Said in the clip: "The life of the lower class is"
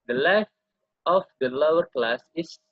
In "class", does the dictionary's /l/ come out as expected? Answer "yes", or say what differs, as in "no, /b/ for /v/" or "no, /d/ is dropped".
yes